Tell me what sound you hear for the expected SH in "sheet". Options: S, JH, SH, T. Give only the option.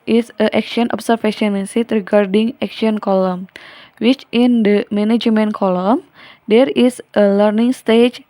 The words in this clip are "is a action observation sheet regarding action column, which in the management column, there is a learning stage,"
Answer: S